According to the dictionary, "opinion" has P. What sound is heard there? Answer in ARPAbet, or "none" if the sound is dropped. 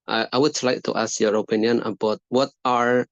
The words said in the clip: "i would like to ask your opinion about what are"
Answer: P